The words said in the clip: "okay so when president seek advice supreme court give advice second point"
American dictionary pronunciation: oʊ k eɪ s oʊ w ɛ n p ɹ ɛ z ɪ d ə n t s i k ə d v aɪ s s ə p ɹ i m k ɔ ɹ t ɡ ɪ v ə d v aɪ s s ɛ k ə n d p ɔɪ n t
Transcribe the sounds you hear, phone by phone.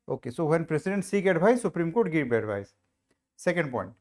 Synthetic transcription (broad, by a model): oʊ k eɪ s oʊ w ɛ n p ɹ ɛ s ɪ d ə n t s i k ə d b aɪ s s ə p ɹ i m k ɔ ɹ t ɡ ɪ b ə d b aɪ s s ɛ k ə n d p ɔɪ n t